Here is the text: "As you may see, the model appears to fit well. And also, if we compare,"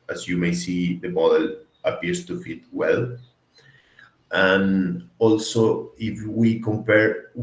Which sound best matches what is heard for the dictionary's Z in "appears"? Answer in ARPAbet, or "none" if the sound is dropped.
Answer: S